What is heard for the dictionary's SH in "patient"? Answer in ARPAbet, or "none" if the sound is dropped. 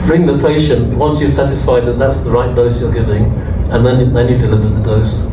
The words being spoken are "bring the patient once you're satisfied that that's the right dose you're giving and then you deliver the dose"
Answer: SH